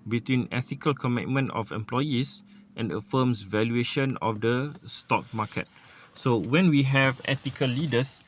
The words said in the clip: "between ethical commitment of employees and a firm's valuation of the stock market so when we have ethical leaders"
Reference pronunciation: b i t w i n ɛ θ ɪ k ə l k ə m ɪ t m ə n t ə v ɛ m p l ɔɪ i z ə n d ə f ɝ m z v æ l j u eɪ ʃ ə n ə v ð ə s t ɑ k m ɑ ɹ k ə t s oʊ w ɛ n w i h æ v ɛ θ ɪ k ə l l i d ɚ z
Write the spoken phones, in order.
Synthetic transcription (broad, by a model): b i t w i n ɛ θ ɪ k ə l k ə m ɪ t m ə n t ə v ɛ m p l ɔɪ i s ə n d ə f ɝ m s v æ l j u eɪ ʃ ə n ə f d ə s t ɑ k m ɑ k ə t s oʊ w ɛ n w i h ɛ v ɛ t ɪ k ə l l i d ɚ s